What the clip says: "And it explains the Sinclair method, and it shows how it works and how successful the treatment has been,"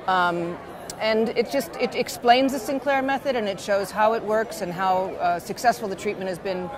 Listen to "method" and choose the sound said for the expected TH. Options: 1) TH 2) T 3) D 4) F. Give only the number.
1